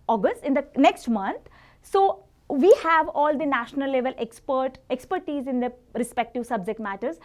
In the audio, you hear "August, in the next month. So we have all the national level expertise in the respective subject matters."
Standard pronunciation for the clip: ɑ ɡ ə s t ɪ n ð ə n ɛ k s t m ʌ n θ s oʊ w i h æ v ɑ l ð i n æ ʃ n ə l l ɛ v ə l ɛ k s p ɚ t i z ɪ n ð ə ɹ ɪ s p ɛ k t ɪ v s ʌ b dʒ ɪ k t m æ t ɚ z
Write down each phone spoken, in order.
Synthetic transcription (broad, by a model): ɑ ɡ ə s t ɪ n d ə n ɛ k s t m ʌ n t s oʊ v i h æ v ɑ l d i n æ ʃ n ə l l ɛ p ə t ɛ k s p ɚ t i z ɪ n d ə ɹ ɪ s p ɛ k t ɪ v s ʌ b dʒ ɪ k t m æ t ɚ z